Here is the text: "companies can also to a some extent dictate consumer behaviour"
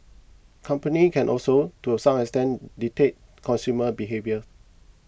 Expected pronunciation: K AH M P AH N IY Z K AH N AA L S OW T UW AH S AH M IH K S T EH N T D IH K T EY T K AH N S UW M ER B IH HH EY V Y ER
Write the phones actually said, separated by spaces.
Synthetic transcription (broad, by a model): K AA M P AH N IY K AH N AA L S OW T UW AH S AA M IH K S T EH N D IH T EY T K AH N S UW M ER B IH HH EY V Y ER